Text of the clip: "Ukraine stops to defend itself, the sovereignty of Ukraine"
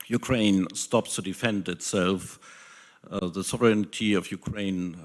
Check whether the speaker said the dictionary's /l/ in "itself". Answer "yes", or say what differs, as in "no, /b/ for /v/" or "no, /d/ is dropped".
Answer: yes